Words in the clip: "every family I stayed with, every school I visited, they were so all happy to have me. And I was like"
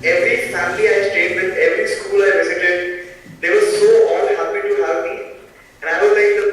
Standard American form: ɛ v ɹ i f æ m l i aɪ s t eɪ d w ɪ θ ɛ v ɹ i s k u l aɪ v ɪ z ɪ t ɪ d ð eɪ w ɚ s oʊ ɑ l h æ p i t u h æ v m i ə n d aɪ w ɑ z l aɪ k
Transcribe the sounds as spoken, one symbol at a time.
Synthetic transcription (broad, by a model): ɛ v ɹ i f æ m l i aɪ s t eɪ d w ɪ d ɛ v ɹ i s k u l aɪ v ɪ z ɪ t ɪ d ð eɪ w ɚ s oʊ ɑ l h æ p i t u h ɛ p m i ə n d aɪ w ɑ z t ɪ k